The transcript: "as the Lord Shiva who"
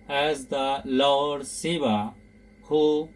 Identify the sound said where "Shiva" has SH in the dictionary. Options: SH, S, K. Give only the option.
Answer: S